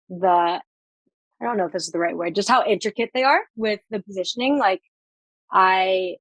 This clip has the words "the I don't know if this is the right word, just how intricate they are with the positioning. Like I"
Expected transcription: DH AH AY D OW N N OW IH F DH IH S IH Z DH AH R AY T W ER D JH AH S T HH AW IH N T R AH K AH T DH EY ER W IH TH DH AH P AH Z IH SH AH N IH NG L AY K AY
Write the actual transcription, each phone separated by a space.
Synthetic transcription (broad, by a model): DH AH AY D OW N N OW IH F DH IH S IH Z DH AH R AY T W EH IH JH AH S T HH AW IH N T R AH K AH T DH EY ER W IH DH AH P AH Z IH SH AH N IH NG L AY K AY